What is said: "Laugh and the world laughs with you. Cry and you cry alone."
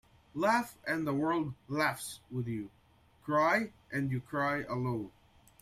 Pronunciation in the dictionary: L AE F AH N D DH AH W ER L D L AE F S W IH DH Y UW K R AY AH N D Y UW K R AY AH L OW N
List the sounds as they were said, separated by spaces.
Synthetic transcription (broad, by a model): L AE F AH N DH AH W ER L D L AE F S W IH DH Y UW K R AY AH N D Y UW K R AY AH L OW N